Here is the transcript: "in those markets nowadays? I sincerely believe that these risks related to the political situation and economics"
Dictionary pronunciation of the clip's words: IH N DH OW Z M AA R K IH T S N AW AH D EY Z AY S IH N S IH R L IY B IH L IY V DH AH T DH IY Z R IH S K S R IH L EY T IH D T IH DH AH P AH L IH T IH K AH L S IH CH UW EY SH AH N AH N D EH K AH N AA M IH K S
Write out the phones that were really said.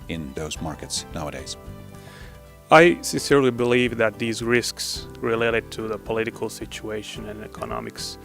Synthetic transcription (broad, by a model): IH N DH OW Z M AA R K IH T S N AW AH D EY Z AY S IH N S IH R L IY B IH L IY V DH AH T DH IY Z R IH S K S R IH L EY T IH D T IH DH AH P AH L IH T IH K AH L S IH CH UW EY SH AH N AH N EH K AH N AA M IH K S